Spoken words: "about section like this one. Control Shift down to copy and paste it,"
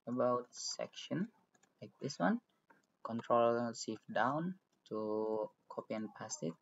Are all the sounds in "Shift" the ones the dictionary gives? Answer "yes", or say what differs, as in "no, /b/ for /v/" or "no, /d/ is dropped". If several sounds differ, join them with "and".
no, /s/ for /ʃ/